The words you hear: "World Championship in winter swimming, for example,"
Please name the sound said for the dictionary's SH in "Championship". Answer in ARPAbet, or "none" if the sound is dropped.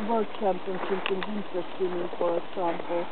S